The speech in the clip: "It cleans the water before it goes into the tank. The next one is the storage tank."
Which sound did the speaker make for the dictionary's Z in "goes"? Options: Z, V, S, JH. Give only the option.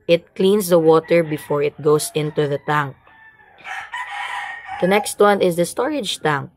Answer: S